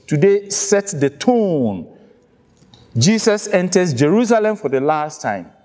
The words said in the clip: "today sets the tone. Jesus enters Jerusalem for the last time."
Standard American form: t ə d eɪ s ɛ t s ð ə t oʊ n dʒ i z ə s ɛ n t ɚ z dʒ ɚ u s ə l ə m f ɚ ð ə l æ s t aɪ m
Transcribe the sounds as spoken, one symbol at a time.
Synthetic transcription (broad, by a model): t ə d eɪ s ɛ t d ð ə t oʊ n dʒ i s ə s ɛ n t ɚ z dʒ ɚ u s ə l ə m f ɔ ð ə l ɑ s t aɪ m